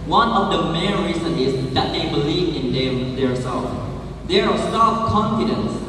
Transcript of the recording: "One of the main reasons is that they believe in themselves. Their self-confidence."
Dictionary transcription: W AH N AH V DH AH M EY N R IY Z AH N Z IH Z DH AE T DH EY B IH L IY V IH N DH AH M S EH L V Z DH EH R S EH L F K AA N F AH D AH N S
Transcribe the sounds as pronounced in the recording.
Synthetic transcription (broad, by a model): W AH N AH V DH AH M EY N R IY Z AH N IH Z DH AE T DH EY B IH L IY V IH N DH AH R S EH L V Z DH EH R S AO F K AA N F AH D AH N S